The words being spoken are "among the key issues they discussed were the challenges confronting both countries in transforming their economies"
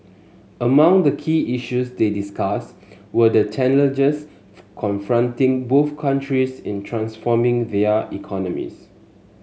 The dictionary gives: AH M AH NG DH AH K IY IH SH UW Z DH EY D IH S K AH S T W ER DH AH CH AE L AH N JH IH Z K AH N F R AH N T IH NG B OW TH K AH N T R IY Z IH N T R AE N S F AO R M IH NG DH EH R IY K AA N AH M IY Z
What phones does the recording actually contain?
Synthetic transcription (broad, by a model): AH M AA NG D AH K IY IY SH UW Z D EY D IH S K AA S W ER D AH CH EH N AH L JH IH S K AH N F R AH N T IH NG B OW TH K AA N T R IY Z IH N T R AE N S F AO M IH NG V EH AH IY K AA N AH M IY S